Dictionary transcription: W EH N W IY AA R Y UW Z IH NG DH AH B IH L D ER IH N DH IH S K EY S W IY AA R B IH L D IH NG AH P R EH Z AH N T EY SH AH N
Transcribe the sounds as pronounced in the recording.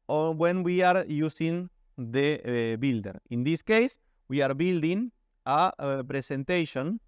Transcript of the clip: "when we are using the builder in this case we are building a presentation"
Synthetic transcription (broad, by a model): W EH N W IY AA R Y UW S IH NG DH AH B IH L D ER IH N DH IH S K EY S W IY AA R B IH L D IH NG AH P R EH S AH N T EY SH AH N